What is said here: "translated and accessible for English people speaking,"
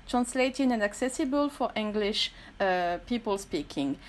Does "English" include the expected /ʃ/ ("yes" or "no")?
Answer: yes